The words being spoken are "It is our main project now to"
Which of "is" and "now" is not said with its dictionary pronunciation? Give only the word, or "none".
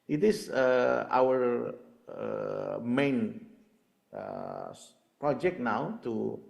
is